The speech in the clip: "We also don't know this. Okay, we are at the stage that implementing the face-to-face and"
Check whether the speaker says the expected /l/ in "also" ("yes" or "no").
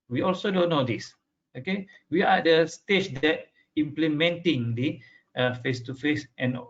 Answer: yes